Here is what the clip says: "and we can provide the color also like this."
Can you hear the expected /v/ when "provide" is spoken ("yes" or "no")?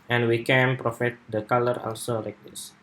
no